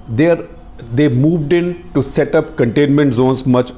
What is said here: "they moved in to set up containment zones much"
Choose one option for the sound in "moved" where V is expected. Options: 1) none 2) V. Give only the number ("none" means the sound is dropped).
2